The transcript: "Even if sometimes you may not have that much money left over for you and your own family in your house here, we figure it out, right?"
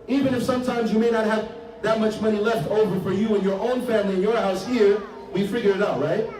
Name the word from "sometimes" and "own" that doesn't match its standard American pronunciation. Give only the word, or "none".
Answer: none